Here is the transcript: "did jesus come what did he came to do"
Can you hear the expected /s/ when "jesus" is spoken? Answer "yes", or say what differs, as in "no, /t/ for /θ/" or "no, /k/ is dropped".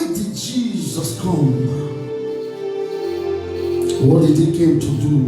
yes